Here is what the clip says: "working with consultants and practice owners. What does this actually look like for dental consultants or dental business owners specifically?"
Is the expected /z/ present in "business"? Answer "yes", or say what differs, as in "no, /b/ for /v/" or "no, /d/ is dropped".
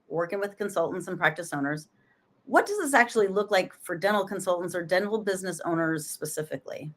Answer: yes